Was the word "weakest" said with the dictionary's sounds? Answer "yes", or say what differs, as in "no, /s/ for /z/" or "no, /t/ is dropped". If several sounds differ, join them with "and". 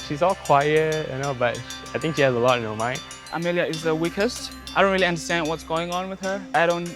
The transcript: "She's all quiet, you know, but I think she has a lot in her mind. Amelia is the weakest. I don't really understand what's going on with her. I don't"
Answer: yes